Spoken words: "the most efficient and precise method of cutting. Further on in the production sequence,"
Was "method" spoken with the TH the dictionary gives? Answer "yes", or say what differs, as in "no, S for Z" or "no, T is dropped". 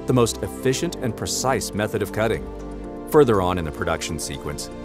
yes